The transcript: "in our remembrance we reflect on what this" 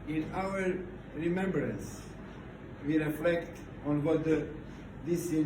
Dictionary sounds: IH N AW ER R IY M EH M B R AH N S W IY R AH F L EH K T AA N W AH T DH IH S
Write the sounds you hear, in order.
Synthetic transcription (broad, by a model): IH N AW ER R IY M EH M B R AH N S W IY R AH F L EH K T AA N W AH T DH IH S